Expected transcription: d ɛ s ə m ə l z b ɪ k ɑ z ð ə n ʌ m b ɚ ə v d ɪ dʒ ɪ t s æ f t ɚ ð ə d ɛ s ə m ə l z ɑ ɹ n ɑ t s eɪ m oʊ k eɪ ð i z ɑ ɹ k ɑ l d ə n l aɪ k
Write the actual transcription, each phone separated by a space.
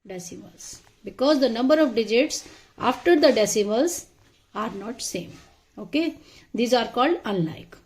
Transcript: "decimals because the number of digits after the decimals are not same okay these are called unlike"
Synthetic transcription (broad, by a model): d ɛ s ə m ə l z b ɪ k ɑ z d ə n ʌ m b ɚ ə v d ɪ dʒ ɪ t s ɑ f t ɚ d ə d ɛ s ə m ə l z ɑ ɹ n ɑ t s eɪ m oʊ k eɪ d i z ɑ ɹ k ɑ l d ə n l aɪ k